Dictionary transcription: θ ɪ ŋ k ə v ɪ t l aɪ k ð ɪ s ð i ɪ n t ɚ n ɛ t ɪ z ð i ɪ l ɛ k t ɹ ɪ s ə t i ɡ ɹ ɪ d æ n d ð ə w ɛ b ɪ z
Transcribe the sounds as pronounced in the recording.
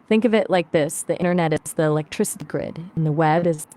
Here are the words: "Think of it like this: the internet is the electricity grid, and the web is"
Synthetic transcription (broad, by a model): θ ɪ ŋ k ə v ɪ t l aɪ k ð ɪ s ð i ɪ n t ɚ n ɛ t ɪ z ð i ɪ l ɛ k t ɹ ɪ s ə t i ɡ ɹ ɪ d n ð ə w ɛ b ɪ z